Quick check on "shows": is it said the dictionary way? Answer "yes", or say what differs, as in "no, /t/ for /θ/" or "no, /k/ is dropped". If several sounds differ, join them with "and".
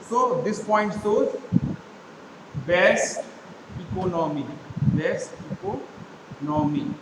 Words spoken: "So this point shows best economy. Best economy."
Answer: no, /s/ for /ʃ/